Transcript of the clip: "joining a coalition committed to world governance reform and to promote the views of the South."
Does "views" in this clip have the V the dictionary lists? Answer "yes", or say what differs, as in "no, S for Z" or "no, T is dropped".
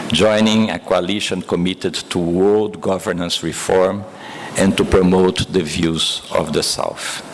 yes